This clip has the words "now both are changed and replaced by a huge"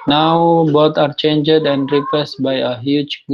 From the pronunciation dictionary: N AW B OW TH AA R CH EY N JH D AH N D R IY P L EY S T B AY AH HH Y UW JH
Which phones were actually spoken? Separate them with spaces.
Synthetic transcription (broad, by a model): N AW B OW T AA R CH EY N JH D AH N D R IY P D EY S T B AY AH HH Y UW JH